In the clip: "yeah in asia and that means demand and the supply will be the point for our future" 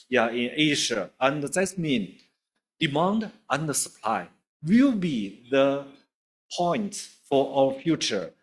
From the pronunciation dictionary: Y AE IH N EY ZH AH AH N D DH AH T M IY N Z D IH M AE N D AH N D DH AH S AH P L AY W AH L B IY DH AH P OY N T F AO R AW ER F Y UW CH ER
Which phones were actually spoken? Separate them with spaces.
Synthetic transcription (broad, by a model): Y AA IH N EY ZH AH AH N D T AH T M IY N D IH M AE N D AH N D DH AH S AH P L AY W AH L B IY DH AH P OY N T F AO R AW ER F Y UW CH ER